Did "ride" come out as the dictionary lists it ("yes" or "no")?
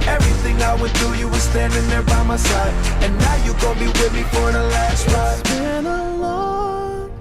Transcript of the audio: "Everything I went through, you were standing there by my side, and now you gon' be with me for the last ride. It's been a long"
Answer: no